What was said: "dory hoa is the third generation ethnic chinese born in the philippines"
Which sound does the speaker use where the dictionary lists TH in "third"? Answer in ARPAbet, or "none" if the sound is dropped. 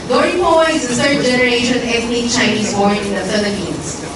S